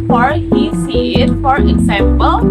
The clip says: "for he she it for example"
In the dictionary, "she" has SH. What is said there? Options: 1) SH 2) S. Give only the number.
2